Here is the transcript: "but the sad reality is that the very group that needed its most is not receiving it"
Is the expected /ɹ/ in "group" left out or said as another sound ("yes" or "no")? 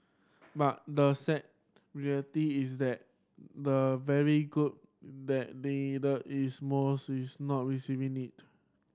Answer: yes